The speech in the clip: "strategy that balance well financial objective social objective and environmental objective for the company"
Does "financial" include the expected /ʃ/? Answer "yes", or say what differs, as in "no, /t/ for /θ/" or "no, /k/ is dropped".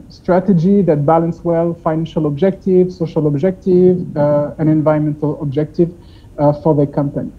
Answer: yes